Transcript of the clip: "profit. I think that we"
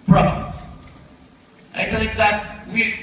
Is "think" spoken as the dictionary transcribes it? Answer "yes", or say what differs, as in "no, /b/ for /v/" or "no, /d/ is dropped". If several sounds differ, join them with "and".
no, /f/ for /θ/